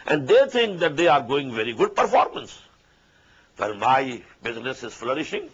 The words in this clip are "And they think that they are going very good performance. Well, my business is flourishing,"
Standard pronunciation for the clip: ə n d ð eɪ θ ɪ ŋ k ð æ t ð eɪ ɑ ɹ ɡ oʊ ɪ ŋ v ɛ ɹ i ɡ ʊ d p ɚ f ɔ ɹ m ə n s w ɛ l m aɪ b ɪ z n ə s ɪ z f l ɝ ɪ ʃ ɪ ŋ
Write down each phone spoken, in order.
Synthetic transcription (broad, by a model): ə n d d eɪ t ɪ ŋ k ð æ t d eɪ ɑ ɹ ɡ oʊ ɪ ŋ v ɛ ɹ i ɡ ʊ d p ɚ f ɔ ɹ m ə n s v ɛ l m aɪ b ɪ z n ə s ɪ z f l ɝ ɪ ʃ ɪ ŋ